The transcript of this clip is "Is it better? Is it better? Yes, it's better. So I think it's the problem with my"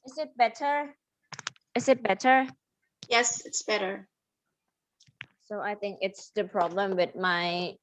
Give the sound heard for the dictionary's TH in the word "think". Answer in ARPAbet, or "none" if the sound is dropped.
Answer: TH